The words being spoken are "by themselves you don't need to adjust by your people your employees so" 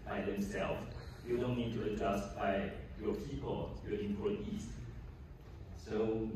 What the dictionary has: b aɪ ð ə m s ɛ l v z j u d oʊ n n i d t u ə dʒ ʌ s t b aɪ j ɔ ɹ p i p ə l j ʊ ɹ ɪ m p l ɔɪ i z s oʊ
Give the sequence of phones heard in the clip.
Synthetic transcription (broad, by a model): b aɪ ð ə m s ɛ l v j u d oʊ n n i d t u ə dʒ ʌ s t b aɪ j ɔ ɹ p i p ə l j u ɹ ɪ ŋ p ɔɪ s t s oʊ